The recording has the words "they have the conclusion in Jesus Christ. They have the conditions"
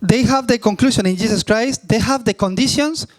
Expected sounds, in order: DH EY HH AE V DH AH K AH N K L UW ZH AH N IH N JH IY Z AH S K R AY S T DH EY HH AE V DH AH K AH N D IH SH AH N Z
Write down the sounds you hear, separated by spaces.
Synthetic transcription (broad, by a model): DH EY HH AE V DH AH K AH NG K L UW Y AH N IH N JH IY S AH S K R AY S T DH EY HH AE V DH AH K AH N D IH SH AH N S